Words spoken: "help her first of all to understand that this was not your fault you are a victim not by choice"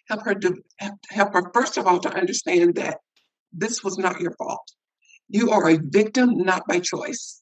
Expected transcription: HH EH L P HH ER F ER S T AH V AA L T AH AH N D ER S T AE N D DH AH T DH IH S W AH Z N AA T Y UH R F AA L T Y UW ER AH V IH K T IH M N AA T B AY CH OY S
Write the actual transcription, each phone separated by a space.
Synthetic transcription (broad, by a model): HH EH L P HH ER F ER S T AH V AA L T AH AH N D ER S T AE N DH AH T DH IH S W AH Z N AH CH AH R F AA L T Y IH ER AH V IH K T IH M N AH T B AY CH OY S